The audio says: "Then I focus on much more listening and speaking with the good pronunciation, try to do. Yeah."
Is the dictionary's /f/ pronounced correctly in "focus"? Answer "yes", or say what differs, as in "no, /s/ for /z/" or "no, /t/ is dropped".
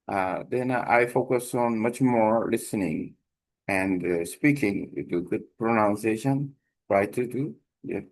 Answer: yes